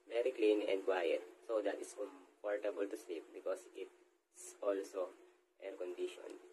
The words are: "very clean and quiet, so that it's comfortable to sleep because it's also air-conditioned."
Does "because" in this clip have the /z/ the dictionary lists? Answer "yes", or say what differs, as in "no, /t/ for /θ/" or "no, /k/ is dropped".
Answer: no, /s/ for /z/